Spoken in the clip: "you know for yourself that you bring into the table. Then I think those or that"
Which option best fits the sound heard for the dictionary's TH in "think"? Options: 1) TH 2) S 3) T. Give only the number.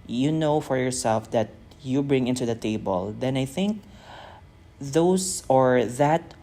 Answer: 1